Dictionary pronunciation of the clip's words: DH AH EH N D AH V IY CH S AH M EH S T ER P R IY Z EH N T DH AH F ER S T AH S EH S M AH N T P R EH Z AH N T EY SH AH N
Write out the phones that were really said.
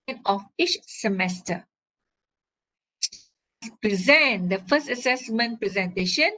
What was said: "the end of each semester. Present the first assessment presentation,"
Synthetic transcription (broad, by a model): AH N AH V IY CH S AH M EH S T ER P R IY Z EH N T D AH F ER S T AH S EH S M AH N T P R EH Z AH N T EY SH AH N